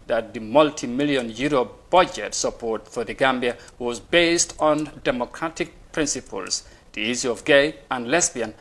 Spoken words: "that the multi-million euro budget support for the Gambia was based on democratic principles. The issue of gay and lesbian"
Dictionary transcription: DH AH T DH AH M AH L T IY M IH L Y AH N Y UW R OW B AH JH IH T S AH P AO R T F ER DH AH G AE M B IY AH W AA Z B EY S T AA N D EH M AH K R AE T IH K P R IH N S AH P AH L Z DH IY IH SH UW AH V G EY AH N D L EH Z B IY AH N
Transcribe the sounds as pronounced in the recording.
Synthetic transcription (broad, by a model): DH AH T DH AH M AH L T IY M IH L Y AH N Y UW R OW B AH JH IH T S AH P AO R T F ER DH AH G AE M B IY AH W AA Z B EY S T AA N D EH M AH K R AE T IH K P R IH N S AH P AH L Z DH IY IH S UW AH V G EY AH N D L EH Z B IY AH N